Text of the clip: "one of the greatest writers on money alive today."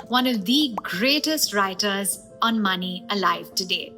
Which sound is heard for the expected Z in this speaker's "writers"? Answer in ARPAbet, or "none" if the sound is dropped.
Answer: Z